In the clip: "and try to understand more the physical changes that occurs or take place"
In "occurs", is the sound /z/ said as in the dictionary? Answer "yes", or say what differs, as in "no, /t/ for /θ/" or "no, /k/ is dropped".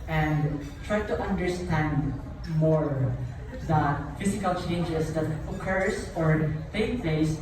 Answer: no, /s/ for /z/